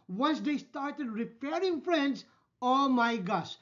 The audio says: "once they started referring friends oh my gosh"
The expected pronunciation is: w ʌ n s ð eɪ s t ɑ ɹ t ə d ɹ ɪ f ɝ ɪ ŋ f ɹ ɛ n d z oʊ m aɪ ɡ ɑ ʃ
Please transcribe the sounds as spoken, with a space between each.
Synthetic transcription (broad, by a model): w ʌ n s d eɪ s t ɑ ɹ t ə d ɹ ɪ p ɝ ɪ ŋ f ɹ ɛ n d s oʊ m aɪ ɡ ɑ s